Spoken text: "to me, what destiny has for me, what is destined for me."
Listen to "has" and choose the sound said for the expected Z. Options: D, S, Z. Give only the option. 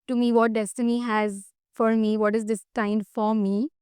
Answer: Z